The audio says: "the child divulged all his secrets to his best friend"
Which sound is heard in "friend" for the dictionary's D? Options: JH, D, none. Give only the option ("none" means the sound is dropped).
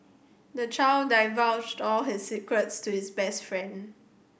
D